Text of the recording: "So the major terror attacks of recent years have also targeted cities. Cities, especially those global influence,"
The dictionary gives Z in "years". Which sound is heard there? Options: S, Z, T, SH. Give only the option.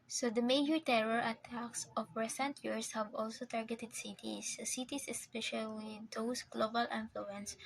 S